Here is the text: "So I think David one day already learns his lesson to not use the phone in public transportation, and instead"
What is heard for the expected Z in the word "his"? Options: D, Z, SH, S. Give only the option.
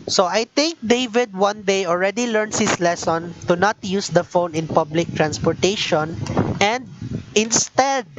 S